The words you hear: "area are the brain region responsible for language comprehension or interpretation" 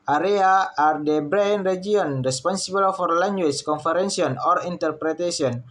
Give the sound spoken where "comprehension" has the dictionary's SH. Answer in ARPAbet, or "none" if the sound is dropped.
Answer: S